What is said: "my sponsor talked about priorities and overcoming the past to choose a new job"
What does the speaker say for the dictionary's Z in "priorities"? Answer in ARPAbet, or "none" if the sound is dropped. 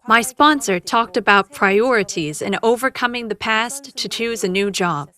Z